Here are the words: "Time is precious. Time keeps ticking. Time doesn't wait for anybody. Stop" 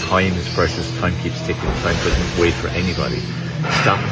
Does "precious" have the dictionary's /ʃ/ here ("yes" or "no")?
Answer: no